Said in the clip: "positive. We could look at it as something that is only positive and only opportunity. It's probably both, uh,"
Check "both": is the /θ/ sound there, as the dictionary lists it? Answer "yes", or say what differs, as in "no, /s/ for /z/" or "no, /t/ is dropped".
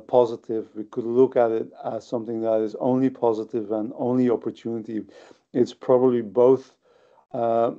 yes